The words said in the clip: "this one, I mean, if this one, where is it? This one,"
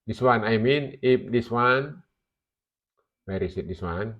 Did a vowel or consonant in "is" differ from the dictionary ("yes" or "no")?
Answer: yes